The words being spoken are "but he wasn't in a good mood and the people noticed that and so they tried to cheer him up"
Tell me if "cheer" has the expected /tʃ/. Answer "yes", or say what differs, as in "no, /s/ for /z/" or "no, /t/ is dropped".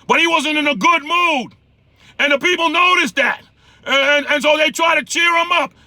yes